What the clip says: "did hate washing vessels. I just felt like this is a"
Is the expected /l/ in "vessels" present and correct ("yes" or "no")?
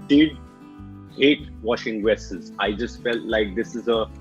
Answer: no